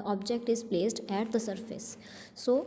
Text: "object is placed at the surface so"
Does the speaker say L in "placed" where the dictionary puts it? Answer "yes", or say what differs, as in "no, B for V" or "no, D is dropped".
yes